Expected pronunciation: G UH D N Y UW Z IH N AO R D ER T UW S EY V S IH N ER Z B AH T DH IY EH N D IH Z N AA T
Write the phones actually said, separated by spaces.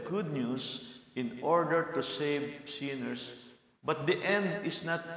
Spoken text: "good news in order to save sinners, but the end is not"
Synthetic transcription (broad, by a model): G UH D N Y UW S IH N AO R D ER T UW S EY V S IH N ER S B AH T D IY EH N D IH S N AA T